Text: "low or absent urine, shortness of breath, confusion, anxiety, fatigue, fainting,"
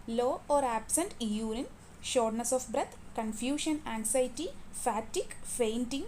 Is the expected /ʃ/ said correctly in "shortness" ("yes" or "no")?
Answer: yes